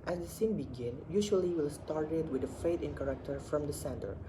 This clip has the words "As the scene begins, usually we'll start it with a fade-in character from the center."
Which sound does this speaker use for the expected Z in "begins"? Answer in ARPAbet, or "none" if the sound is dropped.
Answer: none